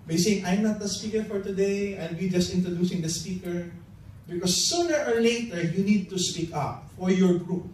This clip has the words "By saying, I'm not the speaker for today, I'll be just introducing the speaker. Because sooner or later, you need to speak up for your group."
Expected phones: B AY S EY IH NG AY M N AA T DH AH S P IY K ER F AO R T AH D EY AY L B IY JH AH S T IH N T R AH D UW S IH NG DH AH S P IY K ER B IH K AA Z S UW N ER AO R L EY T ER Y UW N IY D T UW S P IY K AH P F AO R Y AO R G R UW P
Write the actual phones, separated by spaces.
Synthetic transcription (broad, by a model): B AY S EY IH NG AY M N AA T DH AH S P IY K ER F AO R T AH D EY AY N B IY JH AH S T IH N T R AH D UW S IH NG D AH S P IY K ER B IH K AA S UW N ER AO R L EY T ER Y UW N IY D T UW S P IY K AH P F AO R Y AO R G R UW P